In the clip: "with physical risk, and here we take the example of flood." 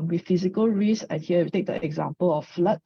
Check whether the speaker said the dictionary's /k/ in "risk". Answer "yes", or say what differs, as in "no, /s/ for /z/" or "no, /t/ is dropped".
no, /k/ is dropped